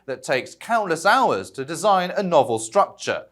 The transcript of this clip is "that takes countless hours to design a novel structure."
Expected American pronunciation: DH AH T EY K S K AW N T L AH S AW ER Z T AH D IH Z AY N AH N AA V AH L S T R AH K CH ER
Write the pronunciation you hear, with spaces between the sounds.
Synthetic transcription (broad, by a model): DH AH T EY K S K AW N T L AH S AW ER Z T AH D IH Z AY N AH N AA V AH L S T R AH K CH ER